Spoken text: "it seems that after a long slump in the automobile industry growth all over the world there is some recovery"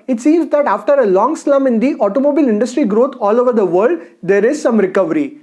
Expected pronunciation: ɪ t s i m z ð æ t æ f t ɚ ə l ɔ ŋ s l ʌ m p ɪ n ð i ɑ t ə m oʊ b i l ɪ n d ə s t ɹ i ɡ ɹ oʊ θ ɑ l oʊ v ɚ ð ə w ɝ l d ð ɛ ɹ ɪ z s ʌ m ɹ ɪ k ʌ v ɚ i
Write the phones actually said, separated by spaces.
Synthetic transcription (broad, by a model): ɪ t s i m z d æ t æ f t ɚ ə l ɔ ŋ s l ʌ m ɪ n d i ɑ t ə m oʊ b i l ɪ n d ə s t ɹ i ɡ ɹ oʊ t ɑ l oʊ v ɚ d ə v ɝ l d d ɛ ɹ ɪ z s ʌ m ɹ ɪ k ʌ v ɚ i